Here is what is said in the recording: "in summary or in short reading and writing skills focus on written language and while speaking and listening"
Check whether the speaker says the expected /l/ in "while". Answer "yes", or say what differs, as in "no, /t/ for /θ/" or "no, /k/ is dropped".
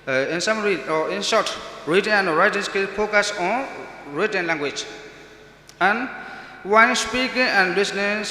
no, /n/ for /l/